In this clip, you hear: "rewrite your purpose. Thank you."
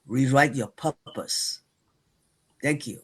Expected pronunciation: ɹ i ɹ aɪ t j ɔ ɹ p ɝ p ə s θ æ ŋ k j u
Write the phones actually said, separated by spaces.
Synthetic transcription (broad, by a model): ɹ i ɹ aɪ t j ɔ p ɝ p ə s t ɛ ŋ k j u